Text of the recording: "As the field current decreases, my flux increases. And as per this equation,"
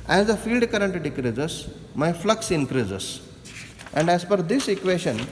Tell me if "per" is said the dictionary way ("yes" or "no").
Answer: no